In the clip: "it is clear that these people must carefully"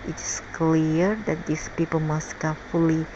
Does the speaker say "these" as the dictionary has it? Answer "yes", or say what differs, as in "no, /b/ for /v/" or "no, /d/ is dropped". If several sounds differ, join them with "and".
no, /s/ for /z/